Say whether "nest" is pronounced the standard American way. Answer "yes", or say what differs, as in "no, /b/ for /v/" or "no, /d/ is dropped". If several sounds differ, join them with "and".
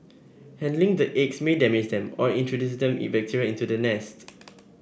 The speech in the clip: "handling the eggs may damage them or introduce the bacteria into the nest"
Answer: yes